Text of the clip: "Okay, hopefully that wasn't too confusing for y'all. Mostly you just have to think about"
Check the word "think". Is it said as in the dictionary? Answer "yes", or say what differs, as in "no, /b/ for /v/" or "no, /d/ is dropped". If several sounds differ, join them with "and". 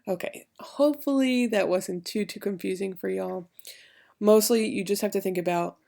yes